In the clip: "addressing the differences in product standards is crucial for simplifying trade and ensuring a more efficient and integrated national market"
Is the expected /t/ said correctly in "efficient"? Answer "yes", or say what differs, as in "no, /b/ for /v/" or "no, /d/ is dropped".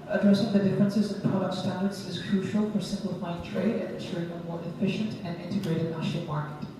yes